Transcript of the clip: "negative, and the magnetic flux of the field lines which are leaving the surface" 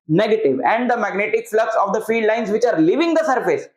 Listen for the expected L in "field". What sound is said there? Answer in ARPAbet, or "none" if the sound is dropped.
none